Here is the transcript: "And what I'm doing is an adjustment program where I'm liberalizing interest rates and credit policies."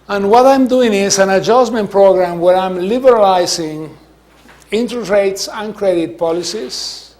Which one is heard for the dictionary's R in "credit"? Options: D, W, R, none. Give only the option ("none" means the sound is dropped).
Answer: R